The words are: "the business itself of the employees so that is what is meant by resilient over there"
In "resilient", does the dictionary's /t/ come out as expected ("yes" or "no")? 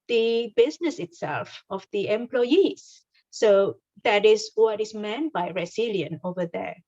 no